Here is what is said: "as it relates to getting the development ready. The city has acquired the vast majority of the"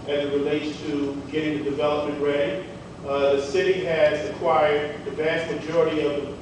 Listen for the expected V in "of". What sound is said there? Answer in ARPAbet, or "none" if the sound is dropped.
V